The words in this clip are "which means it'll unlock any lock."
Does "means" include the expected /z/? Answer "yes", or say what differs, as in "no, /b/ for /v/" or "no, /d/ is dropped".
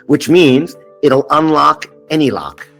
yes